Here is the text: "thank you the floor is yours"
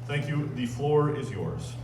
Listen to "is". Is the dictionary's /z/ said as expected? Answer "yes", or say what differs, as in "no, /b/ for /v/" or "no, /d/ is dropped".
yes